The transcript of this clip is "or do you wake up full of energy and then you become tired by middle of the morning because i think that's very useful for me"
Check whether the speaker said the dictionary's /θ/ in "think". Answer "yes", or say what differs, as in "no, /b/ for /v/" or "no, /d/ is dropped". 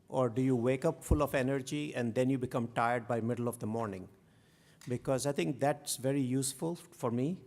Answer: no, /t/ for /θ/